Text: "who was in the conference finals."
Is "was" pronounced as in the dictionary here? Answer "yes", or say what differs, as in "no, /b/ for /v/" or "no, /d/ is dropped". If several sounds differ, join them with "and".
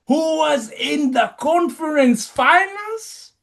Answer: yes